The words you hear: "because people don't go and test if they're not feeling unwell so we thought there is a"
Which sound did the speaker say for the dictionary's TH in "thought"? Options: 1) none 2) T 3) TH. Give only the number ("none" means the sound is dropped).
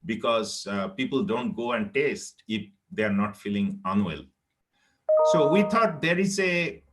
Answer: 2